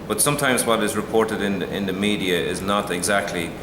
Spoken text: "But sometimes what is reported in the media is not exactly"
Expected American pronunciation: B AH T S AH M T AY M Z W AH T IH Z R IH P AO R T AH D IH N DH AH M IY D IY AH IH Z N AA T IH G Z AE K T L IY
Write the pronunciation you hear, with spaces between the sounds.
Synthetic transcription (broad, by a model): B AH T S AH M T AY M Z W AH T IH Z R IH P AO R T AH D IH N DH AH M IY D IY AH IH Z N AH T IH G Z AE K T L IY